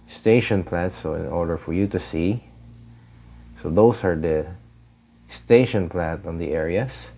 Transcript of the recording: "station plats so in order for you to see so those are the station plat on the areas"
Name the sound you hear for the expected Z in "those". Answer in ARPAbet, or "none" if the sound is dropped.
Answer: S